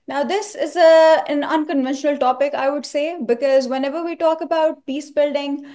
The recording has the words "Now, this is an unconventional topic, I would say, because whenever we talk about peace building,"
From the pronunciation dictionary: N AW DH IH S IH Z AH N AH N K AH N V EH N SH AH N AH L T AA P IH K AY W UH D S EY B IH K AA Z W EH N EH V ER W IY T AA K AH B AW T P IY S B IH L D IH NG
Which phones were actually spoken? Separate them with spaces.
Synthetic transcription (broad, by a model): N AW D IH S IH Z AH N AH N K AH N V EH N SH AH N AH L T AA P IH K AY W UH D S EY B IH K AA Z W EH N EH V ER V IY T AA K AH B AW T P IY S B IH L D IH NG